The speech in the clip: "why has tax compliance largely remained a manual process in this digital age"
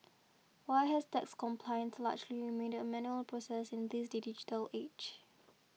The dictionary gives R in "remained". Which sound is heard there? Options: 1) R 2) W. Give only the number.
2